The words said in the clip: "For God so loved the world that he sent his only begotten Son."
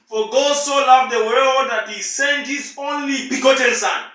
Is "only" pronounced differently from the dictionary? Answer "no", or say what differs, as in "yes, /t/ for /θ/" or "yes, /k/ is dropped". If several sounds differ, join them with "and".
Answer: no